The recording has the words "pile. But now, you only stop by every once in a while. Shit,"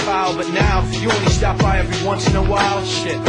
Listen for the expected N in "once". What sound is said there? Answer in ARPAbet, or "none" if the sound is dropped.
N